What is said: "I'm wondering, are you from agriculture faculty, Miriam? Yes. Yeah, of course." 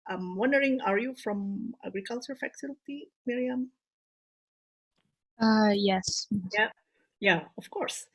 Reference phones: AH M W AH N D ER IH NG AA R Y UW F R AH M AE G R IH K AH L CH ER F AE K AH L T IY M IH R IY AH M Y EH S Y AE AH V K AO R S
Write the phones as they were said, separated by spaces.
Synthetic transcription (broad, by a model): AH M W AH N D ER IH NG AA R Y UW F R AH M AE G R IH K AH L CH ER F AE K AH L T IY M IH R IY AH M Y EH S Y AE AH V K AO R S